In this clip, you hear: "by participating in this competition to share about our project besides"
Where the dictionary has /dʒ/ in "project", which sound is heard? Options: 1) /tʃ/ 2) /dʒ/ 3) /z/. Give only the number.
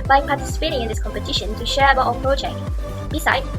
1